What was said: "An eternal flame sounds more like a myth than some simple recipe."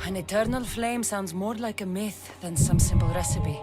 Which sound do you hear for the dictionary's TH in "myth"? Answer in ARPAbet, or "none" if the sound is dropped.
TH